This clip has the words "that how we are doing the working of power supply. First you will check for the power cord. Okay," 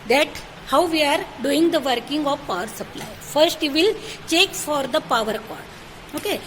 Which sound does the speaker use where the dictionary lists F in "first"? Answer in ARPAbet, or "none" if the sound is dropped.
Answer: F